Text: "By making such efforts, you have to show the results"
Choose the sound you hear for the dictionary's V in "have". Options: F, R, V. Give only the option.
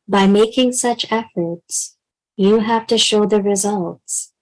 F